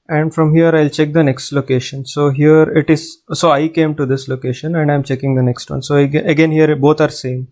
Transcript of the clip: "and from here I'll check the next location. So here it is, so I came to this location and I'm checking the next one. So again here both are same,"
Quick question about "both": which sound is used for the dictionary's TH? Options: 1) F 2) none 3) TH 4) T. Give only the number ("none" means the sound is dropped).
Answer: 4